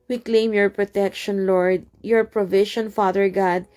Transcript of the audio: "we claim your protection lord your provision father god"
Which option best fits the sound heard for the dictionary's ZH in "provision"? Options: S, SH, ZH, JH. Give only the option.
SH